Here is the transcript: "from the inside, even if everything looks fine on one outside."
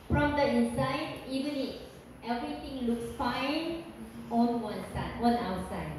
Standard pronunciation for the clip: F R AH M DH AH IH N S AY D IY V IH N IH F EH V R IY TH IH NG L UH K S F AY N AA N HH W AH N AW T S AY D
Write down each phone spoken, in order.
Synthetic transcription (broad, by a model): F R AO M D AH IH N S AY D IY V IH N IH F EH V R IY T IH NG L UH K S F AY N AA N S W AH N AW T S AY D